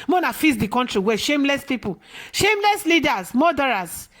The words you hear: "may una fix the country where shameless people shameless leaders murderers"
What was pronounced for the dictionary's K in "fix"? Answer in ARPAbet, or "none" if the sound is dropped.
none